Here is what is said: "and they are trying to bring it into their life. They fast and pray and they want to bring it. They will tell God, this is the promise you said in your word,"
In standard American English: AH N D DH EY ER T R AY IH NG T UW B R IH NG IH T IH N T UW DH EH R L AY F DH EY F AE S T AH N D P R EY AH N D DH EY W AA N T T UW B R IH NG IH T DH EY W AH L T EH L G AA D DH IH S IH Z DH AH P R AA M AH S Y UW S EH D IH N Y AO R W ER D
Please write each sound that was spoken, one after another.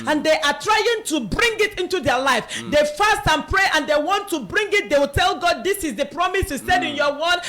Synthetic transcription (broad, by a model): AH N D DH EY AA T R AY IH NG T UW B R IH NG IH T IH N T UW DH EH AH L AY F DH EY F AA S T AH N P R EY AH N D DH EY W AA N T T UW B R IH NG IH T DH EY W AH L T EH L G AA D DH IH S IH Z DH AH P R AA M AH S Y UW S EH D IH N Y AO W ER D